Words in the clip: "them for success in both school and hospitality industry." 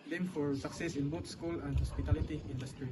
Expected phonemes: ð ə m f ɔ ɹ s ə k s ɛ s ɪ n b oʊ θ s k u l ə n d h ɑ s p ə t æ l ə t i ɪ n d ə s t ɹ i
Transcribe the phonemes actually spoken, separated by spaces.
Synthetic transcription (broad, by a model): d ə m f ɔ ɹ s ə k s ɛ s ɪ n b oʊ t s k u l ə n d h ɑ s p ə t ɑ l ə t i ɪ n d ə s t ɹ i